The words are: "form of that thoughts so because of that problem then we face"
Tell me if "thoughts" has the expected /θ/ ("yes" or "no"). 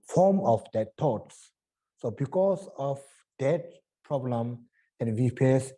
no